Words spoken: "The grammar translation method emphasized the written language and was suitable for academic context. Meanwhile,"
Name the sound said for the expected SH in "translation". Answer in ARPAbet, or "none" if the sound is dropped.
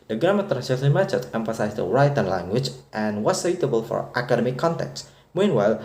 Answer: S